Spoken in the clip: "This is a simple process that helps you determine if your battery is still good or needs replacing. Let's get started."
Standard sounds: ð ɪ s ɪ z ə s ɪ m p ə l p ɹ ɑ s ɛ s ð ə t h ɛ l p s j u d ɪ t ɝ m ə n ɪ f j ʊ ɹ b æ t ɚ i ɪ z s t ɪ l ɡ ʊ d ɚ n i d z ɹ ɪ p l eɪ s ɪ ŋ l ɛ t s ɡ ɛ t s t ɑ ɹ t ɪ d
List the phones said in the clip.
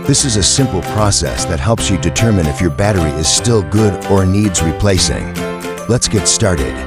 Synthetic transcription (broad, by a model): ð ɪ s ɪ z ə s ɪ m p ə l p ɹ ɑ s ɛ s ð ə t h ɛ l p s j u d ɪ t ɝ m ə n ɪ f j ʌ ɹ b æ t ɚ i ɪ z s t ɪ l ɡ ʊ d ɚ n i d z ɹ ɪ p l eɪ s ɪ ŋ l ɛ t s ɡ ɛ t s t ɑ ɹ t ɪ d